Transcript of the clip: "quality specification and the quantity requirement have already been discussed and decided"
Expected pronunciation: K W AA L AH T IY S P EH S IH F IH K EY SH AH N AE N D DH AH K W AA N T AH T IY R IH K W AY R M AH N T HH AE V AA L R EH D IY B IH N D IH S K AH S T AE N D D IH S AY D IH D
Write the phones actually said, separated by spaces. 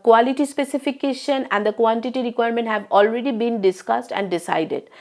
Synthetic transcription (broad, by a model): K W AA L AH T IY S P EH S IH F IH K EY SH AH N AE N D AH K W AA N T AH T IY R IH K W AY R M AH N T HH AE V AA L R EH D IY B IH N D IH S K AH S T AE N D D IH S AY D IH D